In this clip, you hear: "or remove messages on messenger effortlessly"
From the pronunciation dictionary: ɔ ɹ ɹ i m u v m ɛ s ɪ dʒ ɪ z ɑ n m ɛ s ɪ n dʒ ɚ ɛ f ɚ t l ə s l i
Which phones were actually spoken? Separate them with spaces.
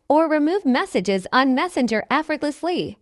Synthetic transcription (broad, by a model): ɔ ɹ ɹ i m u v m ɛ s ɪ dʒ ɪ z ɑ n m ɛ s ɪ n dʒ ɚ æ f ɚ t l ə s l i